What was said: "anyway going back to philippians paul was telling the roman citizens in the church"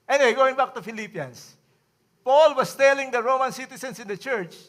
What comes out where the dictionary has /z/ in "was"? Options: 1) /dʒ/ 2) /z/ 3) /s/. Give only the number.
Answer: 3